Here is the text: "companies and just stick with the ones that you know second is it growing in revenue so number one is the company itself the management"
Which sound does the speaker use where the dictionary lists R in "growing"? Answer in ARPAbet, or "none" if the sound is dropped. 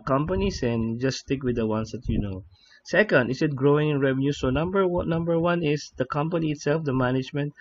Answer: R